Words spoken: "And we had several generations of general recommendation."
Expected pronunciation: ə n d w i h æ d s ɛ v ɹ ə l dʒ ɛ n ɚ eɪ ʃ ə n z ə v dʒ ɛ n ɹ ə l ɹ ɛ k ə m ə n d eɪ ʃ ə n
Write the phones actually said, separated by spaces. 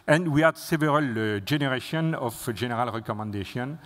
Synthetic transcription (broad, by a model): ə n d w i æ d s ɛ v ɹ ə l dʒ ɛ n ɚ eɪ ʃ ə n ə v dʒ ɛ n ɹ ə l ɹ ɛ k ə m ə n d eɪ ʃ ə n